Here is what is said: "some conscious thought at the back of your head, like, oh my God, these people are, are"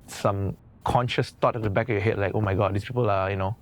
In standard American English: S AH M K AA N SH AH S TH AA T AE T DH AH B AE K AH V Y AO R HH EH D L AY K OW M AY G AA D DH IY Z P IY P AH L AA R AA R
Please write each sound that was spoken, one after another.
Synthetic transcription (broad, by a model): S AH M K AA N SH AH S T AA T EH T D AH B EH K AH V Y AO HH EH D L AY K OW M AY G AA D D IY S P IY P AH L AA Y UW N